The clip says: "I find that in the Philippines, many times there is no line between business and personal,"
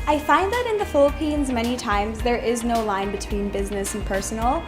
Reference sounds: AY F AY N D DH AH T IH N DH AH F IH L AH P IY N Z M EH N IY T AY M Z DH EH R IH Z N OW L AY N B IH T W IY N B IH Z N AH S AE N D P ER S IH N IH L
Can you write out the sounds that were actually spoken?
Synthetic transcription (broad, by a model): AY F AY N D DH AH T IH N DH AH F IH L AH P IY N Z M EH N IY T AY M Z DH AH R IH Z N OW L AY N B IH T W IY N B IH Z N AH S N P ER S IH N L